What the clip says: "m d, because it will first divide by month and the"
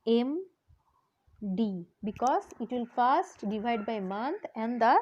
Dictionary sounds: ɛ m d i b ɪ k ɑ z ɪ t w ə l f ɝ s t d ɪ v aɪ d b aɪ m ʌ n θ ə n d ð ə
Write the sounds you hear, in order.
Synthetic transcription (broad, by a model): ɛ m d i b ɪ k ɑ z ɪ t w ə l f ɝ s t d ɪ v aɪ d b aɪ m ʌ n t ə n d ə